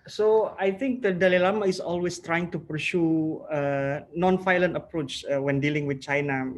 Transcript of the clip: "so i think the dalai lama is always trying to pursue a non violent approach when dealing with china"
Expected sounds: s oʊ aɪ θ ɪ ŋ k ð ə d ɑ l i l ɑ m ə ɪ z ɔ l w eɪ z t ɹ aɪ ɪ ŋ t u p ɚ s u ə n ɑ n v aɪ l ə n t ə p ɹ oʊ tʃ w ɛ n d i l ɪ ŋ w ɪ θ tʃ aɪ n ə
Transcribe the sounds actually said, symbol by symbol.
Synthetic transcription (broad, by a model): s oʊ aɪ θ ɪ ŋ k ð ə d ɑ l i l ɑ m ə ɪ s ɔ l w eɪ s t ɹ aɪ ɪ ŋ t u p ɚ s u ə n ɑ n f aɪ l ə n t ə p ɹ oʊ tʃ w ɛ n d i l ɪ ŋ w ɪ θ tʃ aɪ n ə